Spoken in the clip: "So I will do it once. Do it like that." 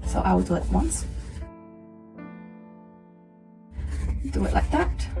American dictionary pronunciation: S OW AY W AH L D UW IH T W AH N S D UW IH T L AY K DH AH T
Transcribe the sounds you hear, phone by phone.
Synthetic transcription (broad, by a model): S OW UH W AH W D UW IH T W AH N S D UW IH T L AY K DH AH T